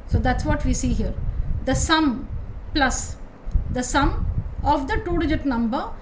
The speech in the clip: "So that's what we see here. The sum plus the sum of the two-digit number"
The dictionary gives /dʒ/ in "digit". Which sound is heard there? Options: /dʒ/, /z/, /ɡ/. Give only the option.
/dʒ/